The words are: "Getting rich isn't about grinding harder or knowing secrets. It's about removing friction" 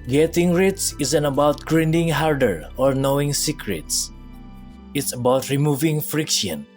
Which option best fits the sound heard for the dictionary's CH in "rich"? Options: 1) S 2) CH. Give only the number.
1